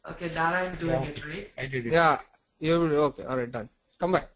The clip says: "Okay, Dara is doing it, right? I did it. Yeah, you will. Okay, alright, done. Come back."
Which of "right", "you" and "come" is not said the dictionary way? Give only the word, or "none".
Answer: right